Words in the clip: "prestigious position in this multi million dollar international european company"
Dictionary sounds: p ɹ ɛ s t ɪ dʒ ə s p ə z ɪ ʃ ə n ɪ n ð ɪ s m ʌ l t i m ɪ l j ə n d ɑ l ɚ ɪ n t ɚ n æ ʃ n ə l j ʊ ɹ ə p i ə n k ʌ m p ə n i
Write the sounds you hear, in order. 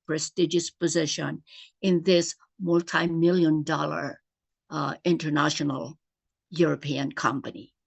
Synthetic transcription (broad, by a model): p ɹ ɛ s t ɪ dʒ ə s p ə z ɪ ʃ ə n ɪ n ð ɪ s m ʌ l t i m ɪ l j ə n d ɑ l ɚ ɪ n t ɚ n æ ʃ n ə l j ʊ ɹ ə p i ə n k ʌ m p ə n i